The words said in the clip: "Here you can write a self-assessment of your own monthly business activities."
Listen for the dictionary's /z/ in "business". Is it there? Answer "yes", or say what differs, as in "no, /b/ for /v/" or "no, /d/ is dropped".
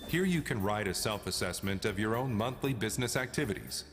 yes